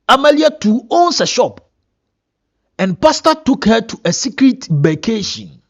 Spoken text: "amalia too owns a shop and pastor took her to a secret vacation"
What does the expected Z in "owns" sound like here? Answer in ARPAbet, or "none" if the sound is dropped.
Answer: S